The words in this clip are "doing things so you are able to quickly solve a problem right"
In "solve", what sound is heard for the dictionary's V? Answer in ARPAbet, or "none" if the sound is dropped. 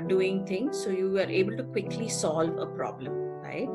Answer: V